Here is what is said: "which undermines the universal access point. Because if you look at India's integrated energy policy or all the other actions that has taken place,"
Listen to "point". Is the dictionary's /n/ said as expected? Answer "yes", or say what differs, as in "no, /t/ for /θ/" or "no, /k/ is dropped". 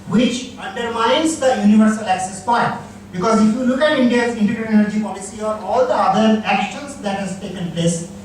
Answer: no, /n/ is dropped